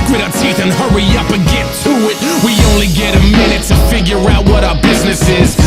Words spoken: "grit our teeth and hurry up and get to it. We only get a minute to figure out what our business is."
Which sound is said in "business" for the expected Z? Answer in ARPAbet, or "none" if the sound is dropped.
Z